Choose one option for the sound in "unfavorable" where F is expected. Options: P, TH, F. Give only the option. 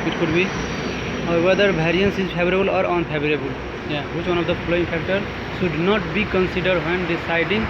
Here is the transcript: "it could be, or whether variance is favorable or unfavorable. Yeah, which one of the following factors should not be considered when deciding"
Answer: P